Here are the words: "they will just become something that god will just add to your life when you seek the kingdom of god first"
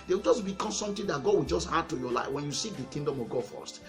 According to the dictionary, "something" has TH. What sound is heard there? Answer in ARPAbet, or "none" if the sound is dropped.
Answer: T